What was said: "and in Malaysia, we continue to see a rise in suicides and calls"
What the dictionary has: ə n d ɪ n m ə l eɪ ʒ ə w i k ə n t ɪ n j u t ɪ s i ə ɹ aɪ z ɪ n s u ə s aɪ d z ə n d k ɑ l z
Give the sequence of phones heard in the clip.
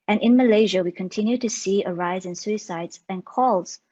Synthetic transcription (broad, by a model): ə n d ɪ n m ə l eɪ ʒ ə w i k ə n t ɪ n j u t ɪ s i ə ɹ aɪ z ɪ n s u ə s aɪ d z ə n k ɑ l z